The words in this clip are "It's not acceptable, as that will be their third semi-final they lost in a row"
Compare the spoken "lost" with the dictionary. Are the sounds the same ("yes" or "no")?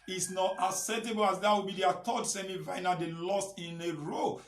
yes